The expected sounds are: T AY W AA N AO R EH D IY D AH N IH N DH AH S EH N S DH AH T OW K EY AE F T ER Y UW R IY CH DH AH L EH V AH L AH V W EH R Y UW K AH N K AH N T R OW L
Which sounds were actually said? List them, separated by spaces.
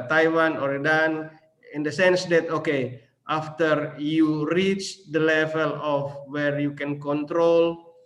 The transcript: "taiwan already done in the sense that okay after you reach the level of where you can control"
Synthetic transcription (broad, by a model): T AY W AA N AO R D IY D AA N IH N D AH S EH N S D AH T OW K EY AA F T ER Y UW R IY CH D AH L EH V AH L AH F W EH R Y UW K AH N K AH N T R OW L